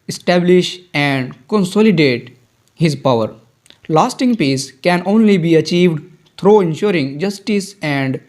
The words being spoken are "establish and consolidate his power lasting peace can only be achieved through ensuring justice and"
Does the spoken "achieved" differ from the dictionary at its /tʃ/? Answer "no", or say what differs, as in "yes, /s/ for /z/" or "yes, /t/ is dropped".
no